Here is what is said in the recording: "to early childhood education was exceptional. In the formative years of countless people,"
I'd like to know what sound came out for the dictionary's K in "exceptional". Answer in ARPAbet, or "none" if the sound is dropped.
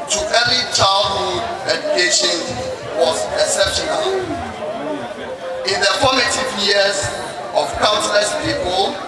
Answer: none